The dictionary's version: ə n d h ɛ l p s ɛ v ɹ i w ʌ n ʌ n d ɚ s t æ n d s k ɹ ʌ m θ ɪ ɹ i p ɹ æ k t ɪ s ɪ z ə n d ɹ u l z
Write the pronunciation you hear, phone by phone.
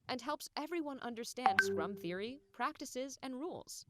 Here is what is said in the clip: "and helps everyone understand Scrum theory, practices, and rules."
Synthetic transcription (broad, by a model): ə n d h ɛ l p s ɛ v ɹ i w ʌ n ʌ n d ɚ s t æ n d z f ɹ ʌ m θ ɪ ɹ i p ɹ æ k t ɪ s ɪ z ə n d ɹ u l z